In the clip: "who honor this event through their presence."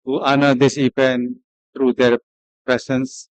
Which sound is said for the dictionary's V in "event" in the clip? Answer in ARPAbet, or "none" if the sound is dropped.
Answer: P